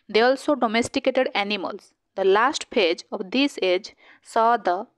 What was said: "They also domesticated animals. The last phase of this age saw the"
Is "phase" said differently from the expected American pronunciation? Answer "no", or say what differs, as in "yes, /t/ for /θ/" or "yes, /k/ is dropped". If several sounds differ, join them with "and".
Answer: yes, /p/ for /f/